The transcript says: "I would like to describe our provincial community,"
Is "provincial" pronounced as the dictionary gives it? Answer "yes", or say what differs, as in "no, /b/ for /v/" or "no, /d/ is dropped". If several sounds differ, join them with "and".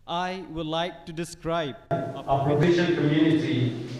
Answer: no, /n/ is dropped